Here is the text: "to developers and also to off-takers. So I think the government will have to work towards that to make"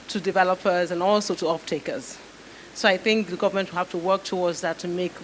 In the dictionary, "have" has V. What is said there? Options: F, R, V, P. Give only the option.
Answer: F